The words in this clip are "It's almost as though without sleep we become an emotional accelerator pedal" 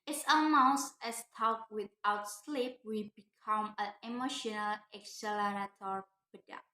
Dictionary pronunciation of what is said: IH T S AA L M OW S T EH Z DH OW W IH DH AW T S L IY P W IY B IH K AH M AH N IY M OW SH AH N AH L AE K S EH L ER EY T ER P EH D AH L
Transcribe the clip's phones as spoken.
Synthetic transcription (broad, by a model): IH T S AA M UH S EH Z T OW W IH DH AW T S L IY P W IY B IH K AH M AH N IY M OW SH AH N AH L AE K S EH L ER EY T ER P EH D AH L